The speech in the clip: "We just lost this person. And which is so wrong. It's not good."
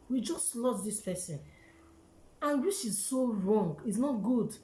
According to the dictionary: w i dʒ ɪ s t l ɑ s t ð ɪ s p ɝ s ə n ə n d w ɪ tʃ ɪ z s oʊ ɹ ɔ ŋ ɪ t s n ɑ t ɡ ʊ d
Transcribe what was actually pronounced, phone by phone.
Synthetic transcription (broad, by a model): w i dʒ ɪ s t l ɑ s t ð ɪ s p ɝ s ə n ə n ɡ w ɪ ʃ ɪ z s oʊ ɹ ɔ ŋ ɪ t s n ɑ t ɡ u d